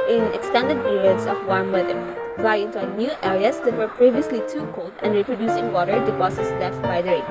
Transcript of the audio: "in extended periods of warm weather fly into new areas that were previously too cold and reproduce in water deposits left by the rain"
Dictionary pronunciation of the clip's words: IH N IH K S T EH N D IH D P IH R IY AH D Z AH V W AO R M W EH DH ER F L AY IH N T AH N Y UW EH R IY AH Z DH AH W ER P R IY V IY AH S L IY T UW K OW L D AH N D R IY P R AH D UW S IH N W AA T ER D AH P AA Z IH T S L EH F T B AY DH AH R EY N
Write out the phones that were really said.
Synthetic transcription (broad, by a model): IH N IH K S T EH N D IH D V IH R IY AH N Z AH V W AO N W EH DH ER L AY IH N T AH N Y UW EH R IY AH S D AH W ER P R IY V IY AH S L IY T UW K OW L D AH N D R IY P R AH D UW S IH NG W AA T ER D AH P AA S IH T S L EH F T B AY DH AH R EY